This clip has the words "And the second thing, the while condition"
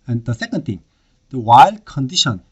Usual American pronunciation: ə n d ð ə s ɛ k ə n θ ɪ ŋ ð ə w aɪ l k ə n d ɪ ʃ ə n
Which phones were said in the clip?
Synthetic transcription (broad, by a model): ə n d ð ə s ɛ k ə n t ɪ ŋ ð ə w aɪ l k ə n d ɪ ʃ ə n